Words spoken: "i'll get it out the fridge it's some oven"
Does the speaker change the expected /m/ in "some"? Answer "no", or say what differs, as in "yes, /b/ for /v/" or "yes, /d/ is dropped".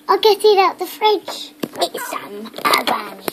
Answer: yes, /m/ is dropped